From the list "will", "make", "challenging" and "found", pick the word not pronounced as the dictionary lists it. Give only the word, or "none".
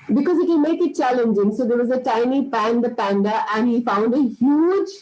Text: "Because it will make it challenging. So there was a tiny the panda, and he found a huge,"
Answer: will